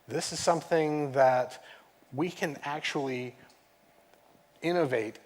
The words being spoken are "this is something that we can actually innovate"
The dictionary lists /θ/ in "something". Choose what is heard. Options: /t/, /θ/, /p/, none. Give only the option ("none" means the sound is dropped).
/θ/